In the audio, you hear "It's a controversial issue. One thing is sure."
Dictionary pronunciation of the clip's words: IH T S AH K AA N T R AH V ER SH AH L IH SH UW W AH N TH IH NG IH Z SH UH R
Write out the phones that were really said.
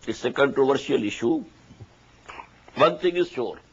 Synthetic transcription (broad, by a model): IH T S AH K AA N T R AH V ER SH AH L IH SH UW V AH N T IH NG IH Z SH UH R